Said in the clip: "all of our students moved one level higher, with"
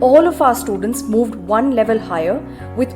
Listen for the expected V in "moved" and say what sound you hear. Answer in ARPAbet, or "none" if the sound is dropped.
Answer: V